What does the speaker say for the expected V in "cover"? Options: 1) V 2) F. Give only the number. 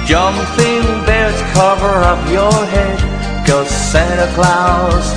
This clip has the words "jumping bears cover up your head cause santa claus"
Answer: 1